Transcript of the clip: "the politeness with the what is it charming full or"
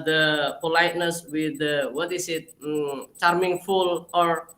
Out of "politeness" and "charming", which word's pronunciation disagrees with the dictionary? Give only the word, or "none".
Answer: none